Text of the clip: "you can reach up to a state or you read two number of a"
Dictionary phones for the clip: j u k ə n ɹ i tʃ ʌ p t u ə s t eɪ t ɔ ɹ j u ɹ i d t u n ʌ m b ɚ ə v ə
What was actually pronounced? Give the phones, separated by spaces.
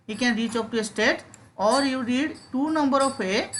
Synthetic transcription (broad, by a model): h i k ə n ɹ i tʃ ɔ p t u ə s t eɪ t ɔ ɹ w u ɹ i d t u n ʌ m b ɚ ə p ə